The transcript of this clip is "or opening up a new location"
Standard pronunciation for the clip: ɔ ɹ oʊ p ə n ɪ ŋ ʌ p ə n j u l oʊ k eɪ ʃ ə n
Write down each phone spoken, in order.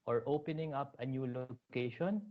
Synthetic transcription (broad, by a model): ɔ ɹ oʊ p ə n ɪ ŋ ʌ p ə n j u l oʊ k eɪ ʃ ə n